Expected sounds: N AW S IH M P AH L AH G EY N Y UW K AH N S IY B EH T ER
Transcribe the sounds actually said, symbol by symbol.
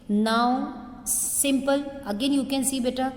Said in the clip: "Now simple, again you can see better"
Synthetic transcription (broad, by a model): N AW S IH M P AH L AH G EY N Y UW K AH N S IY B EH T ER